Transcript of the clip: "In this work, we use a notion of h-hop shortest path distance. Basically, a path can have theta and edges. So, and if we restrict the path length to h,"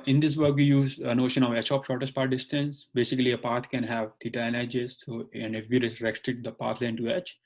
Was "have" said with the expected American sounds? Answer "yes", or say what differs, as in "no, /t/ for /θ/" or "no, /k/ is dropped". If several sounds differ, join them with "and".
yes